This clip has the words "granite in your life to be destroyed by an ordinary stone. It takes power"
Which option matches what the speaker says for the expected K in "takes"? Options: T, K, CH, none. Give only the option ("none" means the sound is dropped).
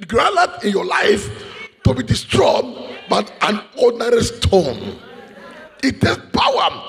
none